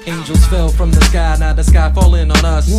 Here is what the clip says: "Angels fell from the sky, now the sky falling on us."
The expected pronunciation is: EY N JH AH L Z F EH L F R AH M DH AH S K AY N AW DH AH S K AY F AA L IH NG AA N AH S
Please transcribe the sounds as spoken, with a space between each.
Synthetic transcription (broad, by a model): EY N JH L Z F EH L F R AH M DH AH S K AY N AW DH AH S K AY F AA L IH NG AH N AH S